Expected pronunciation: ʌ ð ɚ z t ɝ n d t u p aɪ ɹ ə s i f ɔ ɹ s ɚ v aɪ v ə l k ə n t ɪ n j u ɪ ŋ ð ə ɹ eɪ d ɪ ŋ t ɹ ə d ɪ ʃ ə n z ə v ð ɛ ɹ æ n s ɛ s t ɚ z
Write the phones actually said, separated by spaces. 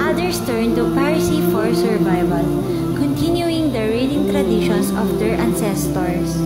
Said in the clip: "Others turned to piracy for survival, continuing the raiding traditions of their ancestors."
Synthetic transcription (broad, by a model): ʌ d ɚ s t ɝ n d t u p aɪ ɹ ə s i f ɔ ɹ s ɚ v aɪ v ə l k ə n t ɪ n j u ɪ ŋ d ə ɹ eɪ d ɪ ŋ t ɹ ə d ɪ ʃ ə n s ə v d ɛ ɹ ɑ n s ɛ s t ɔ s